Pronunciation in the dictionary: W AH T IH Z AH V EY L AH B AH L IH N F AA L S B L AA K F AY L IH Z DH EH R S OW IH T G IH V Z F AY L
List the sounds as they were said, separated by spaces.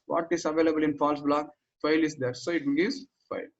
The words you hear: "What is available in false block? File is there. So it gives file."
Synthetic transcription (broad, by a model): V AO T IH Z AH V EY L AH B AH L IH N F AA L S B L AA K F AY L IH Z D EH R S OW IH T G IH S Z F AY L